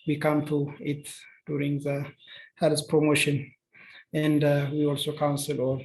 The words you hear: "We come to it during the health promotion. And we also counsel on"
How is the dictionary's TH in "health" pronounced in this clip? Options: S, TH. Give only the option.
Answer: S